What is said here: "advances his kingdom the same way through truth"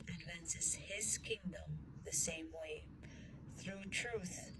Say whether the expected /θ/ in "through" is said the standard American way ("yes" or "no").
yes